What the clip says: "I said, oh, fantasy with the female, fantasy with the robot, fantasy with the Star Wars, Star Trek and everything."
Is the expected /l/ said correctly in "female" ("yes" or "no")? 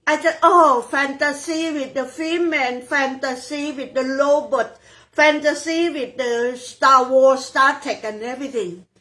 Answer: no